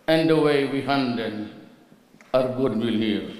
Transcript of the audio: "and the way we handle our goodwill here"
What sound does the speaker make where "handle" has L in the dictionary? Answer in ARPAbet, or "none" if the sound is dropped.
N